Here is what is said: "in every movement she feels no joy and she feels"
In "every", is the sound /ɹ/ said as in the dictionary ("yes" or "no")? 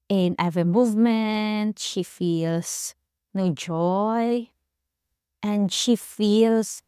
no